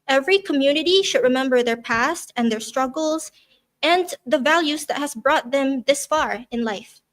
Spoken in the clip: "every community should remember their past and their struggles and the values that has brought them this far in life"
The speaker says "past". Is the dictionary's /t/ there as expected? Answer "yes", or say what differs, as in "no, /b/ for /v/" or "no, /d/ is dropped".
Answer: yes